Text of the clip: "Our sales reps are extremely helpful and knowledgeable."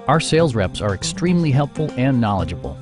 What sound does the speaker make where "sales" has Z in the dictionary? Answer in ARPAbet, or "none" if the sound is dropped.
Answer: Z